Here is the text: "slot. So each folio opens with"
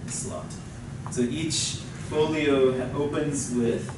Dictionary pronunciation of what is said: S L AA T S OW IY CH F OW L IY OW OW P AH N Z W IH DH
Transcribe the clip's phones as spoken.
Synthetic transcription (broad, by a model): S L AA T S OW IY CH F OW L IY OW OW P AH N Z W IH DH